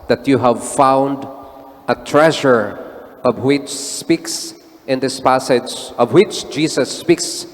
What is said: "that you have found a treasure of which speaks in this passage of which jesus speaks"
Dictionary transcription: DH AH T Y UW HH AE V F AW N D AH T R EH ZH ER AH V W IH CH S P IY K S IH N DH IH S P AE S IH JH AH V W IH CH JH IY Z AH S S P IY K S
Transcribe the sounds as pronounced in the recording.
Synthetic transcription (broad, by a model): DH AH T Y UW HH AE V F AW N D AH T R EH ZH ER AH V W IH CH S P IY K S IH N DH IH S P AE S IH JH AH V W IH CH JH IY S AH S S P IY K S